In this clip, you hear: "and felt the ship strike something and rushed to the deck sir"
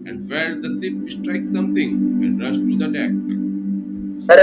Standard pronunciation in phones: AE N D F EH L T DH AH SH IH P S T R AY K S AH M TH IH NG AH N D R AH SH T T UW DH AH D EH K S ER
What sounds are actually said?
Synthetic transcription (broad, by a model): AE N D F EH T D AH S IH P S T R AY K S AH M T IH NG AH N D R AH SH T T UW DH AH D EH K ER